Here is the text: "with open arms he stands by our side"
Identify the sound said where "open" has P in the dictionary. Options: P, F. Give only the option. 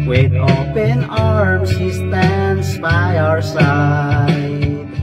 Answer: P